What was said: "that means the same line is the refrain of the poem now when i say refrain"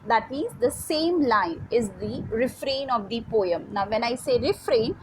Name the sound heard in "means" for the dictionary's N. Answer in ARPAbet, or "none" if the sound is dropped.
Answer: none